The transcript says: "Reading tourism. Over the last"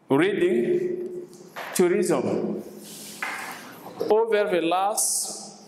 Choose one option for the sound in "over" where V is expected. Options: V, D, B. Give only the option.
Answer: V